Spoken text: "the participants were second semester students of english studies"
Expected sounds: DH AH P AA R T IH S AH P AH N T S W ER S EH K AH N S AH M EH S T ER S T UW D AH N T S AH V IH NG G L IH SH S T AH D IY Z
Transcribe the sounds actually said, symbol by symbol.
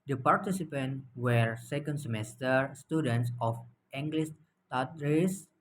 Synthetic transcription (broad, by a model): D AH P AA R T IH S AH P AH N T W ER S EH K AH N S AH M EH S T ER S T UW D AH N T S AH F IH NG G L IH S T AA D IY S